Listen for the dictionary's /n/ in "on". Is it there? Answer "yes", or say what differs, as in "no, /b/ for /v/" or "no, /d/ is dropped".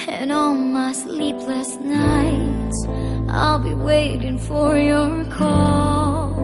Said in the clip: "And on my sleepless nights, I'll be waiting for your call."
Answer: no, /l/ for /n/